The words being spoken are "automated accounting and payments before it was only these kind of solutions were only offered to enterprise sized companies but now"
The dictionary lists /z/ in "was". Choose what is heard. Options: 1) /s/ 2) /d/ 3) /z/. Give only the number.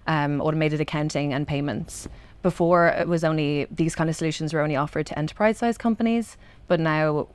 3